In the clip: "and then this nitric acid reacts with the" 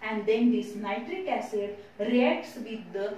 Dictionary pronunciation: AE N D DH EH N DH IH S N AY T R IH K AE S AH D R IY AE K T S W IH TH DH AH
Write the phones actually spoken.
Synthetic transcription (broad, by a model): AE N D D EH N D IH S N AY T R IH K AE S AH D R IY AE K T S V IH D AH